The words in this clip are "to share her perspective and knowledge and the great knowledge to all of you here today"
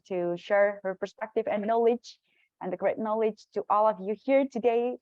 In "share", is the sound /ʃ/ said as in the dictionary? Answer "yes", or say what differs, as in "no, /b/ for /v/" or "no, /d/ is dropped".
yes